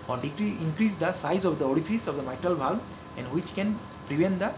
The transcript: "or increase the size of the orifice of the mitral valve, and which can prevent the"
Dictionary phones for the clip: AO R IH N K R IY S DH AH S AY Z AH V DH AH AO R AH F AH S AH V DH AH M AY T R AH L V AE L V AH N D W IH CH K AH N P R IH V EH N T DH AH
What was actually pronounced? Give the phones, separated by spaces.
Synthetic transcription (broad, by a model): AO R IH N K R IY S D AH S AY Z AH V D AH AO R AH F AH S AH V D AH M AY T R AH L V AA L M AH N D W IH CH K AH N P R IH V EH N T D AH